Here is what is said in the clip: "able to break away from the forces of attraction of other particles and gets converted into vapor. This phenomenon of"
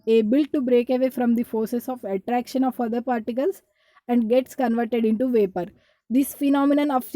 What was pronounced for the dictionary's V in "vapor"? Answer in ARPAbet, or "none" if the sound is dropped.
V